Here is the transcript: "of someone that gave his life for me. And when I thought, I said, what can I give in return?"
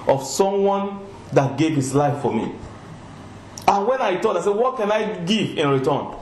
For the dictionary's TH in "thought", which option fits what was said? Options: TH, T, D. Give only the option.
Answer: T